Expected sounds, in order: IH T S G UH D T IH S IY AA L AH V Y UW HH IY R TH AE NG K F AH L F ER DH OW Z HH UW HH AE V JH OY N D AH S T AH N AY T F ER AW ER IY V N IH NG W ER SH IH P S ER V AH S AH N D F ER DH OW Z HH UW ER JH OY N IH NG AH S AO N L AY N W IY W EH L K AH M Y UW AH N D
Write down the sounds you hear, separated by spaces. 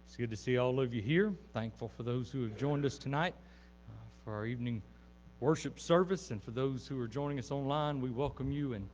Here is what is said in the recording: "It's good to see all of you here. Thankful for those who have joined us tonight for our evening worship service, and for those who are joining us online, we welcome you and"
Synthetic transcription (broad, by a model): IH T S G UH D T IH S IY AA L AH V Y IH HH IY R TH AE NG K F L F ER DH OW Z HH UW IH V JH OY N D AH S T AH N AY T F ER AW ER IY V N IH NG W ER SH IH P S ER V AH S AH N F ER DH OW Z HH UW ER JH OY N IH NG AH S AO N L AY N W IY W EH L K AH M Y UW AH N